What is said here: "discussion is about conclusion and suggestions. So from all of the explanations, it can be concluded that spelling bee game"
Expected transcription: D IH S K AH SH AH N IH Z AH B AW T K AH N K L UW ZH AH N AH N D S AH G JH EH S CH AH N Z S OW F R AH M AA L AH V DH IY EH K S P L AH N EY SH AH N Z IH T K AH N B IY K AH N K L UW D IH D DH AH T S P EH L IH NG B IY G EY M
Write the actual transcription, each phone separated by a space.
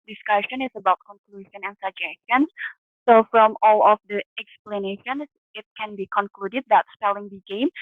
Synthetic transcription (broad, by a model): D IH S K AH SH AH N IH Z AH B AW T K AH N K L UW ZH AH N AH N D S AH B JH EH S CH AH N S OW F R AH M AA L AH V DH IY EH K S P L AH N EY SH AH N S IH T K AH N B IY K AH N K L UW D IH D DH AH T S P EH L IH NG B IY G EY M